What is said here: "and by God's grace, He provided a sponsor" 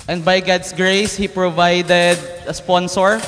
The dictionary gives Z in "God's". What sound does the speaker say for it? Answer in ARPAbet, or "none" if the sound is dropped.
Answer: S